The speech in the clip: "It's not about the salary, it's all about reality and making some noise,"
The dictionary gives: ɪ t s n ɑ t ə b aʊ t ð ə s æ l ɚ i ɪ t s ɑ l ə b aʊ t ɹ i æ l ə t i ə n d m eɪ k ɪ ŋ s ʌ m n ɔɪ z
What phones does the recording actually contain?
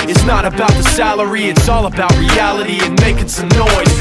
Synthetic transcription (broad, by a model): ɪ t s n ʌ t ə b aʊ t ð ə s æ l ɚ i ɪ t s ɑ l ə b aʊ t ɹ i æ l ə t i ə n m eɪ k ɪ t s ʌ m n ɔɪ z